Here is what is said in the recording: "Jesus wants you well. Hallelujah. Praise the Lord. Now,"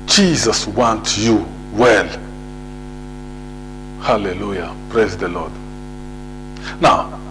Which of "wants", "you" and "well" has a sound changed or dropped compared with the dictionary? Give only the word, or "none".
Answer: wants